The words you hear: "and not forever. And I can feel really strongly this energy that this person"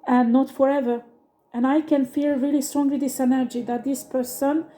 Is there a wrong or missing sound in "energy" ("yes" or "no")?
no